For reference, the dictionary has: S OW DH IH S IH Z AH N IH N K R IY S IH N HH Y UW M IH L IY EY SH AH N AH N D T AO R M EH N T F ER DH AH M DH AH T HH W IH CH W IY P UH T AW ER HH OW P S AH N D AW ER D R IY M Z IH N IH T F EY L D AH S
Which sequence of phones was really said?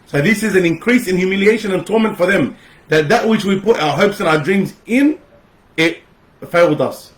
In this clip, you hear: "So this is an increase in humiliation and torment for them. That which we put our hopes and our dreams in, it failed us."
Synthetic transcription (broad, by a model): S OW DH IH S IH Z AH N IH N K R IY S IH N Y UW M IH L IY EY SH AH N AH N T AO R M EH N T F ER DH AH M DH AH T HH W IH CH W IY P UH T AW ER HH OW P S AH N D AW ER D R IY M Z IH N IH T F EY L D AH S